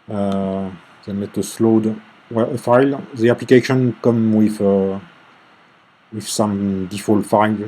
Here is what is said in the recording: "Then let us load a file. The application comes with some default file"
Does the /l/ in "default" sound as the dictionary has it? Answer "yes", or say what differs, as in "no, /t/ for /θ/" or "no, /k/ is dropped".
yes